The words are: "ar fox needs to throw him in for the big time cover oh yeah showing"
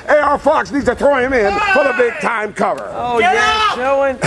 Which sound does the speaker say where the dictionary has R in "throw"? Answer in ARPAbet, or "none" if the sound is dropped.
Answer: R